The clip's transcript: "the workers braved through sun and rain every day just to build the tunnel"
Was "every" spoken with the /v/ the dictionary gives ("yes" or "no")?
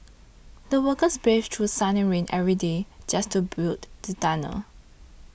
yes